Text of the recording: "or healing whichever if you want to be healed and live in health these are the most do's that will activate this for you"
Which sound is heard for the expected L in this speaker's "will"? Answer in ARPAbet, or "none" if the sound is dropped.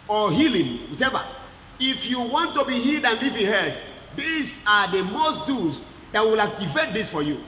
L